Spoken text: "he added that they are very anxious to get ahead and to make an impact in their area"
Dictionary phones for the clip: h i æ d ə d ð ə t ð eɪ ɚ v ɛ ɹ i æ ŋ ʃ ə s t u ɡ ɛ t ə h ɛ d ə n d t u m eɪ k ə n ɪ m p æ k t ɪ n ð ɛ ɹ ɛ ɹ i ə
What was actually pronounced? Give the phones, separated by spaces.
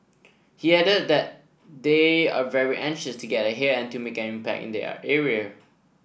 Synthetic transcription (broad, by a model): h i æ d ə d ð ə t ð eɪ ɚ v ɛ ɹ i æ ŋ ʃ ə s t u ɡ ɛ t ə h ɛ ə n t u m eɪ k ə n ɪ m p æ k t ɪ n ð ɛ ɛ ɹ i ə